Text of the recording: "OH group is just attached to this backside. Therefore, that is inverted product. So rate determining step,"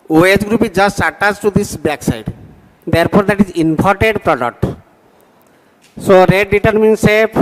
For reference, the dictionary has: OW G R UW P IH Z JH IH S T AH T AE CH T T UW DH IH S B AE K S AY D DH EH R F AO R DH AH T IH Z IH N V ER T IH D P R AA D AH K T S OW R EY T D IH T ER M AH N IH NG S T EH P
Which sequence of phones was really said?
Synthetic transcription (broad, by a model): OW G R UW P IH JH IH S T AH T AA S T T UW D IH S B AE K S AY D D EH R P AO R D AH T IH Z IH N P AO T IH D P R AA D AH K T S OW R EY D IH T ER M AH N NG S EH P